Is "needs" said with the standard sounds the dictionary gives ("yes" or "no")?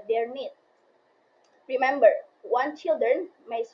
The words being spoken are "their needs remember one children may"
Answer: no